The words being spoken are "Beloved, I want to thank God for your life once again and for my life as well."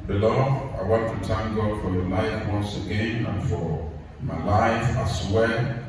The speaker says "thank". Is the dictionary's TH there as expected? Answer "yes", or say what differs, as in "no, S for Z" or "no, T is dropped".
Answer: no, T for TH